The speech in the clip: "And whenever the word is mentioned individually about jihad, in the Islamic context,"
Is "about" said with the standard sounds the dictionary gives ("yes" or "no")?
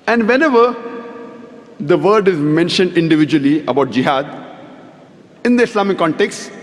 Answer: yes